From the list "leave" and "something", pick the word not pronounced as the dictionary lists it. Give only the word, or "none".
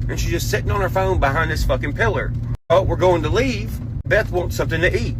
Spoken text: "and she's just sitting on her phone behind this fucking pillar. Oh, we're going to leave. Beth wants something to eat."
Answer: none